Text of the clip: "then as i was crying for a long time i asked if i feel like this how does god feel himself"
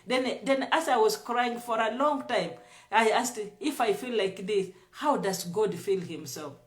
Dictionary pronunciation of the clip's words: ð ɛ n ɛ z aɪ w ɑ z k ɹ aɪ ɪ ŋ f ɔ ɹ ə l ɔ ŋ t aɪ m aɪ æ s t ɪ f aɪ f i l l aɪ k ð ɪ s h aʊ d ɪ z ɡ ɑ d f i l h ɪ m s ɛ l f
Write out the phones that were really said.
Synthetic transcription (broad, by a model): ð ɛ n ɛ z aɪ w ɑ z k ɹ aɪ ɪ ŋ f ɔ ɹ ə l ɔ ŋ t aɪ m aɪ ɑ s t ɪ f aɪ f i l l aɪ k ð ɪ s h aʊ d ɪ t ɡ ɑ d f i l h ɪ m s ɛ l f